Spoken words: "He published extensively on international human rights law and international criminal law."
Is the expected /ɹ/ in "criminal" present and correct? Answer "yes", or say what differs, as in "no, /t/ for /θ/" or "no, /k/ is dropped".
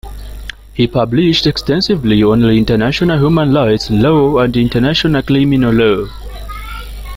no, /l/ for /ɹ/